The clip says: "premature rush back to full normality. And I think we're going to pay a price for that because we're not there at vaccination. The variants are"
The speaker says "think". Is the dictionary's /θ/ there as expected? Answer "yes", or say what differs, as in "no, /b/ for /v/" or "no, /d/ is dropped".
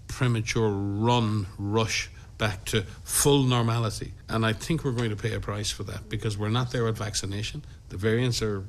yes